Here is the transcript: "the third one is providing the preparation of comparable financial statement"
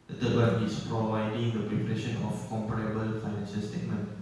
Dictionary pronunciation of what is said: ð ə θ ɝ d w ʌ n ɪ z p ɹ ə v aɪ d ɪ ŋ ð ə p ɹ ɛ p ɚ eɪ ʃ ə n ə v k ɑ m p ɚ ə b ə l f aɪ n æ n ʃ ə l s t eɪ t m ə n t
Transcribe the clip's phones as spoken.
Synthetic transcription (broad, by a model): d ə t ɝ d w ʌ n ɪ s p ɹ ə v aɪ d ɪ ŋ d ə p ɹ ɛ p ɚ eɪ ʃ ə n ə f k ɑ m p ɚ ə b ə l f aɪ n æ n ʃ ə l s t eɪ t m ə n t